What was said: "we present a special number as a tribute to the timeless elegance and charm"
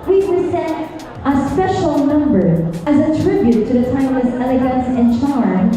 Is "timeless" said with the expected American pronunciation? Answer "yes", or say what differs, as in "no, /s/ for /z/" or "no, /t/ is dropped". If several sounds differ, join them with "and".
no, /l/ is dropped